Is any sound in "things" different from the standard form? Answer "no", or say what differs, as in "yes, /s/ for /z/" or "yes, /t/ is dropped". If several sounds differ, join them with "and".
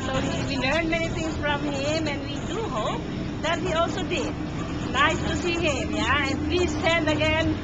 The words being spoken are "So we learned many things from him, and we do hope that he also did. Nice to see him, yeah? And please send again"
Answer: yes, /t/ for /θ/